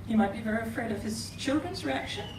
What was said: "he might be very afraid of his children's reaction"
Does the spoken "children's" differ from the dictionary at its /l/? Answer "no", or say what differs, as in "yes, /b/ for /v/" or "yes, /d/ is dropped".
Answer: no